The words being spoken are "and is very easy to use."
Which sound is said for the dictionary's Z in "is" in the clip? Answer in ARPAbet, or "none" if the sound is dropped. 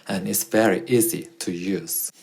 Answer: S